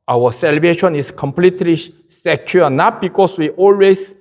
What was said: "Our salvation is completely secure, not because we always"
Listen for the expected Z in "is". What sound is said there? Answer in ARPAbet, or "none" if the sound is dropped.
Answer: S